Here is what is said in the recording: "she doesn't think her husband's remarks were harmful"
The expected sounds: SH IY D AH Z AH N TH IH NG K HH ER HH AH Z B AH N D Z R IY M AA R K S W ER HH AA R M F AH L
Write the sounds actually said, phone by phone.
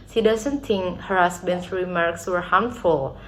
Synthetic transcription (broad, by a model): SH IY D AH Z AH N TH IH NG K HH ER HH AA S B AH N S R IY M AA R K S W ER HH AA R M F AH L